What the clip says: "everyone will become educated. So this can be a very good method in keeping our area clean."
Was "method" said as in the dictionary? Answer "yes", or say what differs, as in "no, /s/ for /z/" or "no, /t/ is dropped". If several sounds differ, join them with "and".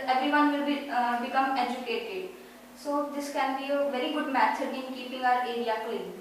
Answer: no, /s/ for /θ/